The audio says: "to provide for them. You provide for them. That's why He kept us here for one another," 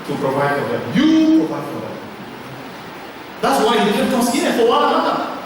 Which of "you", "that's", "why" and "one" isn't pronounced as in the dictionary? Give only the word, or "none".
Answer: one